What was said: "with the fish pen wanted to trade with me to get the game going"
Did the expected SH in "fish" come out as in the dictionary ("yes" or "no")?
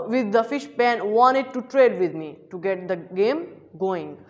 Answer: yes